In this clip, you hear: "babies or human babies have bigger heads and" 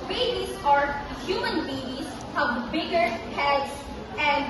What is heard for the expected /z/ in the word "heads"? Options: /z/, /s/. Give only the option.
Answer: /s/